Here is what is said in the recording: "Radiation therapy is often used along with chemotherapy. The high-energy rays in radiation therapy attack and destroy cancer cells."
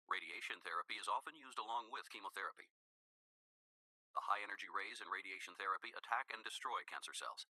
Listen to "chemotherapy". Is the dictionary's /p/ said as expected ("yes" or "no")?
yes